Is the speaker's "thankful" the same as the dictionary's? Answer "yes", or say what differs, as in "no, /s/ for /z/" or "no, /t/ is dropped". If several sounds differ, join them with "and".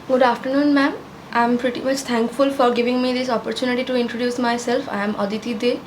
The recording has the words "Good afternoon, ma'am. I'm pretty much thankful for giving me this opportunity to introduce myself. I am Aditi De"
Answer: no, /t/ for /θ/